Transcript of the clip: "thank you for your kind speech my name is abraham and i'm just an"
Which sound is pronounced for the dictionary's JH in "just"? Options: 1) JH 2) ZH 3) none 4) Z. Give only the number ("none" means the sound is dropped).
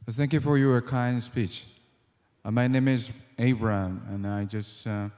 1